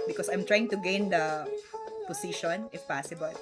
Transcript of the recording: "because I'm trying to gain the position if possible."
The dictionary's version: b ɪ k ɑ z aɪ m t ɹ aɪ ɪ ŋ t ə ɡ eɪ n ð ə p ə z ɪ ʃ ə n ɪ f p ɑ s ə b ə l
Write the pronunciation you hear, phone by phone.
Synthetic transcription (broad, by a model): b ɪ k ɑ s aɪ m t ɹ aɪ ɪ ŋ t ə ɡ eɪ n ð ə p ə s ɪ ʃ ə n ɪ f p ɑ s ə b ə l